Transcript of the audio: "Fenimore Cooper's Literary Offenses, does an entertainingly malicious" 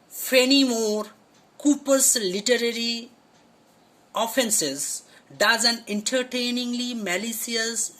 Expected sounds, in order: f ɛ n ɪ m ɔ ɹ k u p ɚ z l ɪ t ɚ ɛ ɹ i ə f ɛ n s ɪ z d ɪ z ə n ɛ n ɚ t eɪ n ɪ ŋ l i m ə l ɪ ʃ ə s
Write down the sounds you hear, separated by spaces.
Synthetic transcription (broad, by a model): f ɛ n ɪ m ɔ ɹ k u p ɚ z l ɪ t ɚ ɛ ɹ i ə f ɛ n s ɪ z d ɪ z ə n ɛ n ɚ t eɪ n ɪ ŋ l i m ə l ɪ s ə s